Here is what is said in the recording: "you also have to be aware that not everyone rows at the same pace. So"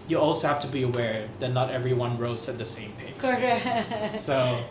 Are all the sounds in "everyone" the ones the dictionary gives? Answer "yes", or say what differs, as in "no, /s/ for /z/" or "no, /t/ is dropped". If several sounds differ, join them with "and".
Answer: yes